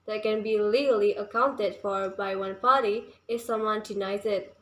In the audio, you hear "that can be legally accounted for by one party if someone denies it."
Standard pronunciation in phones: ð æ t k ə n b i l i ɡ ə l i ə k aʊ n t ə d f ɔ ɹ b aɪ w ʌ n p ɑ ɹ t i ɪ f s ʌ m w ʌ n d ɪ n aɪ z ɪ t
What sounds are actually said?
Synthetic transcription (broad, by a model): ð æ t k ə n b i l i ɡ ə l i ə k aʊ n t ə d f ɔ ɹ b aɪ w ʌ n p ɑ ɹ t i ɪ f s ʌ m w ʌ n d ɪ n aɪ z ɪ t